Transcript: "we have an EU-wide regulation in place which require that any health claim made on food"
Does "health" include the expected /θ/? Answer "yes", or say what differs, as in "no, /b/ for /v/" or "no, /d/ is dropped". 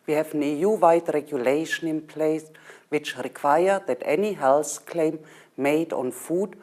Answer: no, /s/ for /θ/